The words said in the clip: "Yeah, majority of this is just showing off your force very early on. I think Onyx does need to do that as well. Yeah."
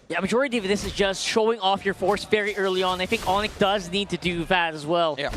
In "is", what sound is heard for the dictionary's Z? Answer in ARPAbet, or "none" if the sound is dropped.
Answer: Z